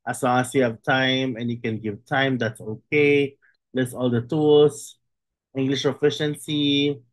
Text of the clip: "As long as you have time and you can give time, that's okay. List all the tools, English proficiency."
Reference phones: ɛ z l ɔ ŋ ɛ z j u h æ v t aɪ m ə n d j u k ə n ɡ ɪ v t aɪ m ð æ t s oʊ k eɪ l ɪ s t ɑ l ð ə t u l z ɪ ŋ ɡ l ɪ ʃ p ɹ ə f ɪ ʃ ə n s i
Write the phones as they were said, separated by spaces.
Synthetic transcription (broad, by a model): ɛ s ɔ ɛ s j u h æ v t aɪ m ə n j u k ə n ɡ ɪ v t aɪ m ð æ t s oʊ k eɪ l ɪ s ɑ l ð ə t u l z ɪ ŋ ɡ l ɪ ʃ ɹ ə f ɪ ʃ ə n s i